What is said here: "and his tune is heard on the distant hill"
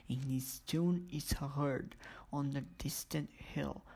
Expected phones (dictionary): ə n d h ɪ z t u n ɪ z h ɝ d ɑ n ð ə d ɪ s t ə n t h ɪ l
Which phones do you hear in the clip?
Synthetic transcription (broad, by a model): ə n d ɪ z t u n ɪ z h ɝ d ɑ n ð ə d ɪ s t ə n t h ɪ l